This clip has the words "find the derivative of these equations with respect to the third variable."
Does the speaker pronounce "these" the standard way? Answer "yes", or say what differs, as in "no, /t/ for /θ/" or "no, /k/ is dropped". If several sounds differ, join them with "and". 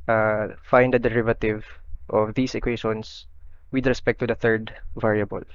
no, /s/ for /z/